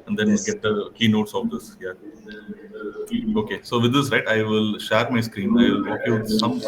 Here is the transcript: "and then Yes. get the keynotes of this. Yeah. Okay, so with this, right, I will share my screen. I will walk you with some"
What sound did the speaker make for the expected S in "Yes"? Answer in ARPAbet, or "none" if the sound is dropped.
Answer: none